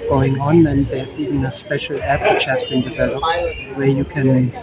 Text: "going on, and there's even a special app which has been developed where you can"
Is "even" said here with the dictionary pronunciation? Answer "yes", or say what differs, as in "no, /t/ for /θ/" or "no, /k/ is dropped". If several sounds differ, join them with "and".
no, /v/ is dropped